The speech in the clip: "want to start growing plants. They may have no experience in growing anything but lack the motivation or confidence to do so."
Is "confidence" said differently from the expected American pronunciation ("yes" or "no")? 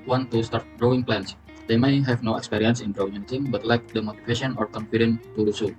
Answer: yes